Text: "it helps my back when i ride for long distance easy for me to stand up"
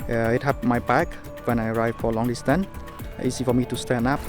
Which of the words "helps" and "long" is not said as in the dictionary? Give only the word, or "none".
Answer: helps